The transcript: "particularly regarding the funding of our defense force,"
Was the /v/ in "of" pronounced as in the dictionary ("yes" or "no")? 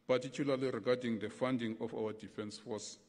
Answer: no